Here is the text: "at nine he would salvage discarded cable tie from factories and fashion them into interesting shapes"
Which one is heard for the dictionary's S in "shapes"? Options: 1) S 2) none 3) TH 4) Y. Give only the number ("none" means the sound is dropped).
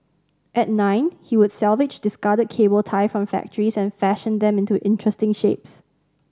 1